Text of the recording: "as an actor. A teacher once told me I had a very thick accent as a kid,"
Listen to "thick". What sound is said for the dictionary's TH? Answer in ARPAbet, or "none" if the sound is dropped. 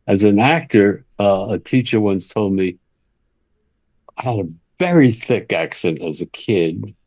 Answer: TH